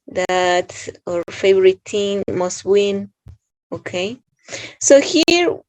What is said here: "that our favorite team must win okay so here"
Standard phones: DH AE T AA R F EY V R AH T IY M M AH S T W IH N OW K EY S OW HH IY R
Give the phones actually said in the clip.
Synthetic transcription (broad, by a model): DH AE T AA R F EY V R AH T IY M M AH S T W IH N OW K EY S OW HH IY R